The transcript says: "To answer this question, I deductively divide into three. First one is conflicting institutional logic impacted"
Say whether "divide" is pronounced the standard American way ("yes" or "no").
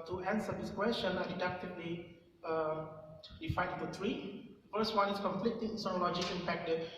no